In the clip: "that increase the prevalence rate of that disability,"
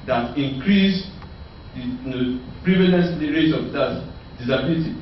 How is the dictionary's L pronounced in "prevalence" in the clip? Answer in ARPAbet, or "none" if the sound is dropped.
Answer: N